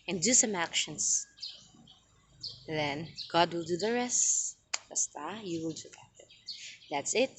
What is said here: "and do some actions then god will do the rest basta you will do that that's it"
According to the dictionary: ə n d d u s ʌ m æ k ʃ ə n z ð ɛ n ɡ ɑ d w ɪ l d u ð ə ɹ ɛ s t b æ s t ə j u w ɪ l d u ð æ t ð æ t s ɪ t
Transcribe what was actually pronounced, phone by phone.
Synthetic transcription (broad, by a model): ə n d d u s ʌ m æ k ʃ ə n s ð ɛ n ɡ ɑ d w ɪ l d u ð ə ɹ ɛ s t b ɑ s t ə j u w ɪ l d u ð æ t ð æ t s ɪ t